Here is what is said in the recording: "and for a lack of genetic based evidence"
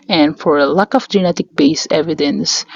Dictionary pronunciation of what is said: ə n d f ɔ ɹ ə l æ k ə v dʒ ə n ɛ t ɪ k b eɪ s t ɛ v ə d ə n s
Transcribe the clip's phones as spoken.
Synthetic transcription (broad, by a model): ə n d f ɔ ɹ ə l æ k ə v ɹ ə n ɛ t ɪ k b eɪ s ɛ v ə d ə n s